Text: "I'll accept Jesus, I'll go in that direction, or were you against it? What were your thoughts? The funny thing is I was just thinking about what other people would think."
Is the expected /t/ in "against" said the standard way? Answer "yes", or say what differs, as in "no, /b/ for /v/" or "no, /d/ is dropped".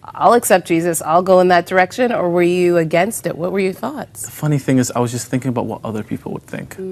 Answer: yes